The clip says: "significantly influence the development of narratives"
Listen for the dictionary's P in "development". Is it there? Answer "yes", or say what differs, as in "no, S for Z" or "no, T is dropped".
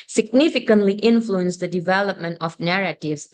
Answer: yes